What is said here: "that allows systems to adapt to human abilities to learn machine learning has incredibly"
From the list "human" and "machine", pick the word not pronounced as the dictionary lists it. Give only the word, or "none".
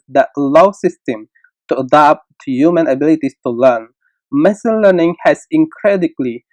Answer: machine